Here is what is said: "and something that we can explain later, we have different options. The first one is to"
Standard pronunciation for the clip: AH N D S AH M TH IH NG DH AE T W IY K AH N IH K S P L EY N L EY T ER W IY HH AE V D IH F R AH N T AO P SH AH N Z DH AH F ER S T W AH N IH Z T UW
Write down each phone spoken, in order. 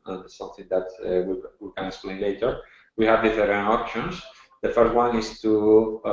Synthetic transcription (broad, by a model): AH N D S AH M TH IH NG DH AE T W IY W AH L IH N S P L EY L EY T ER W IY HH AE V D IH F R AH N AO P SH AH N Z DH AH F ER S T W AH N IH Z T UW